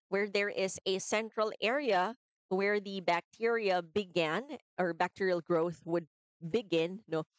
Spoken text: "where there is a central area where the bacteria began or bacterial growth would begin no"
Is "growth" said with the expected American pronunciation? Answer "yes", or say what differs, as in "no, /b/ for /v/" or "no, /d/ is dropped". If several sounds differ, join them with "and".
yes